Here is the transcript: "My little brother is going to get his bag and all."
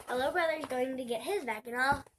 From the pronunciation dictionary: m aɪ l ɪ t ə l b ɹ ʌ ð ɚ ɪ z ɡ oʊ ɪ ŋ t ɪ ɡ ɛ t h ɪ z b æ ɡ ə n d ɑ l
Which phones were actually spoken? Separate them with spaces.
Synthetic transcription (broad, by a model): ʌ l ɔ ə b ɹ ʌ ð ɚ z ɡ oʊ ɪ ŋ t ɪ ɡ ɛ t h ɪ z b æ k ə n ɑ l